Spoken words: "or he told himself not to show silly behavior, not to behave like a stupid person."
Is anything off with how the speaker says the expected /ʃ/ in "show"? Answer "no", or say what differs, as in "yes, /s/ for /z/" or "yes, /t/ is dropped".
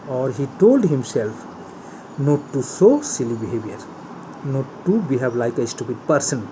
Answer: yes, /s/ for /ʃ/